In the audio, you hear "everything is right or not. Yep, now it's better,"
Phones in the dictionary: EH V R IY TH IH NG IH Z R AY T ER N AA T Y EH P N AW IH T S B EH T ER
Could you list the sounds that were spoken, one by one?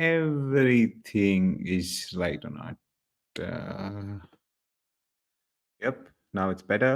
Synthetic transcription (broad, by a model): EH V R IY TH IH NG IH Z L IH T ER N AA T Y EH P N AW IH T S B EH T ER